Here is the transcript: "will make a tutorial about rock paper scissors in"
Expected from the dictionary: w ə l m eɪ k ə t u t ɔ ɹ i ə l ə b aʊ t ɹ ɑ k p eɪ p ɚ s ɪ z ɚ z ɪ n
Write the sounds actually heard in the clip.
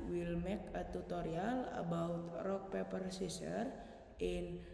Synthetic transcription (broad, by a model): w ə l m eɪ k ə t u t ɔ ɹ i ə l ə b aʊ t ɹ ɑ k p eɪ p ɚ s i s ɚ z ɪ n